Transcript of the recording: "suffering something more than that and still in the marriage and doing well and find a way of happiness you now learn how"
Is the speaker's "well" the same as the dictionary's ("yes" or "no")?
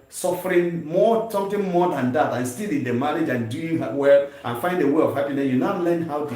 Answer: yes